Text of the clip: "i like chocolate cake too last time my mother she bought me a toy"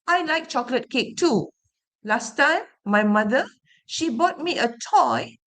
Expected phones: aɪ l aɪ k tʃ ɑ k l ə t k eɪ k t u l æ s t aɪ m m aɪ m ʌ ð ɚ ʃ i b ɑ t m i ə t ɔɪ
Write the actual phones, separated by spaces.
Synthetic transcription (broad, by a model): aɪ l aɪ k tʃ ɑ k l ə t k eɪ k t u l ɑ s t aɪ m m aɪ m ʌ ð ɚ ʃ i b ɑ t m i ə t ɔɪ